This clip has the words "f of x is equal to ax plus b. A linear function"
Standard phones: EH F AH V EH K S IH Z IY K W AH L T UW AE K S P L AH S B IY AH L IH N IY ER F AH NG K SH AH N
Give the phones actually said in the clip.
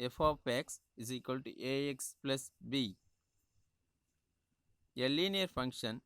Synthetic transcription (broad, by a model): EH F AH P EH K S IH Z IY K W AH L T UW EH K S P L AH S B IY AH L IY N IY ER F AH NG K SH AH N